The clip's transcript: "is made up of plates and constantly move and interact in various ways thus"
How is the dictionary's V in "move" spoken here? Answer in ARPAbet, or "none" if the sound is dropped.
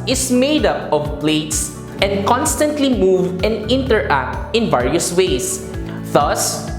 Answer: V